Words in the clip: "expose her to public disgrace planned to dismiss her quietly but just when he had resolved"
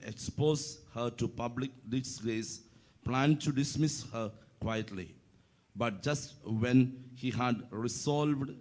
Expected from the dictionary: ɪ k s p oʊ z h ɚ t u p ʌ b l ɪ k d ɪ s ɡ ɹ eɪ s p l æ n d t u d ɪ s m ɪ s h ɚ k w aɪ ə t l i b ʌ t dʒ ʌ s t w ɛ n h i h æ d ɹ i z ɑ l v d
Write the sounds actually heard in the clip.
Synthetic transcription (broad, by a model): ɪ k s p oʊ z h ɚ t u p ʌ b l ɪ k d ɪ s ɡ eɪ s p l æ n d t u d ɪ s m ɪ s h ɚ k w aɪ ə t l i b ʌ t dʒ ʌ s t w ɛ n h i h æ d ɹ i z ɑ l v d